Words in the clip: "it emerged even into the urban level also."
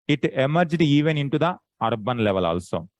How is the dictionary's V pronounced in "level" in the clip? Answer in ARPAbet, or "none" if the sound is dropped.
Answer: V